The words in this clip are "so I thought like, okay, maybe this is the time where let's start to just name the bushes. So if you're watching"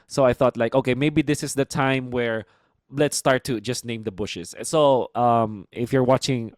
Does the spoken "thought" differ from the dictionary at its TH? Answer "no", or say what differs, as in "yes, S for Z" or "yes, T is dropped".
no